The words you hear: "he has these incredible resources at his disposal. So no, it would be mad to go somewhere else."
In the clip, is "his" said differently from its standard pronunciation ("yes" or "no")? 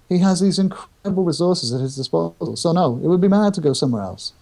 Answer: no